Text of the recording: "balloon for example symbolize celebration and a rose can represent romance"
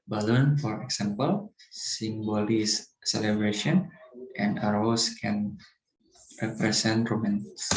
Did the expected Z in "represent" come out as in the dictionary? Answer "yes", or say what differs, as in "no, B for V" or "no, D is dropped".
no, S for Z